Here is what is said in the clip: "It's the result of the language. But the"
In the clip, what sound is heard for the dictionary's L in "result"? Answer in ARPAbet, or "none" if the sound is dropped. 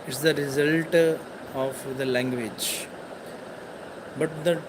L